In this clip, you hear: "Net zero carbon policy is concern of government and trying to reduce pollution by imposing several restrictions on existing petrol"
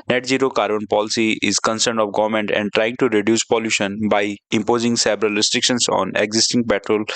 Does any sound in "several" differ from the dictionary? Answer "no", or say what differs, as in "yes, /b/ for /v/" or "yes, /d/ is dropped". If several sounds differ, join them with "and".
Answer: yes, /b/ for /v/